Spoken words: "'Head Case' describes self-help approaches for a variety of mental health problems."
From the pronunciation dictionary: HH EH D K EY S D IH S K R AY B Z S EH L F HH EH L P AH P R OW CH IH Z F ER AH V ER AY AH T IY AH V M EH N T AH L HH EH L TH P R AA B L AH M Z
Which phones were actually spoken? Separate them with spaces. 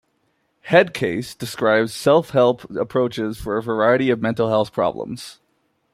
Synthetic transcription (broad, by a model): HH EH D K EY S D IH S K R AY B Z S EH L F HH EH L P AH P R OW CH IH Z F ER AH V ER AY AH T IY AH V M EH N T L HH EH L TH P R AA B L AH M Z